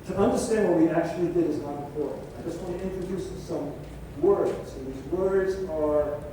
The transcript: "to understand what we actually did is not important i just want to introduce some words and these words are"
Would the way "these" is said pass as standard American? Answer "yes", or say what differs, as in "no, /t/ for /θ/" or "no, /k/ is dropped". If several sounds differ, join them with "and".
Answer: yes